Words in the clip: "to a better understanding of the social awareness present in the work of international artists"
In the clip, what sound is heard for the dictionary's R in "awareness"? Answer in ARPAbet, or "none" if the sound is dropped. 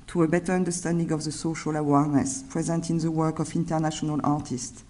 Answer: R